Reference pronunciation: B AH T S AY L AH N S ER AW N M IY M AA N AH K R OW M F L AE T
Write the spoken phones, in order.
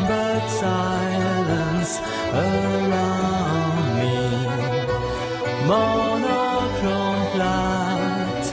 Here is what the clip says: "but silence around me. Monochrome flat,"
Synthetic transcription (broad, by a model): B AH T S AY L AH N S ER AW N M IY M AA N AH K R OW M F L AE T